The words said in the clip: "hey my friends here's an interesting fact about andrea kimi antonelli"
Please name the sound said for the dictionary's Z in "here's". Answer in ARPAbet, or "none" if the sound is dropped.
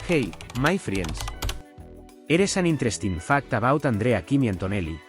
S